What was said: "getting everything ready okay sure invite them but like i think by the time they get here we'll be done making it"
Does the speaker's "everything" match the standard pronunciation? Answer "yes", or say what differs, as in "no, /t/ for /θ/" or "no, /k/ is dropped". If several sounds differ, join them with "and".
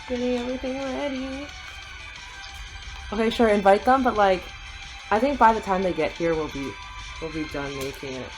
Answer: yes